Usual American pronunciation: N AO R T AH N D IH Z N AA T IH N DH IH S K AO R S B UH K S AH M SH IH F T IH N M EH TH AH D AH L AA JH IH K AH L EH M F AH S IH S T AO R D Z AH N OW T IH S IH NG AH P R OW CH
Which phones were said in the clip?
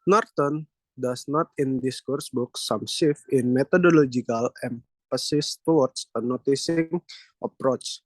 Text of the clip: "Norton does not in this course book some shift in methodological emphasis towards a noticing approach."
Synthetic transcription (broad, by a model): N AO R T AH N D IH S N AA T IH N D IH S K AO R S B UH K S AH M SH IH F IH N M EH T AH D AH L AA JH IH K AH L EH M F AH S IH S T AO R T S AH N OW T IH S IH NG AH P R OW CH